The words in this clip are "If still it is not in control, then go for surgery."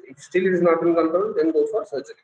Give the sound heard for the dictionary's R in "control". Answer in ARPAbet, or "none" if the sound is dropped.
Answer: none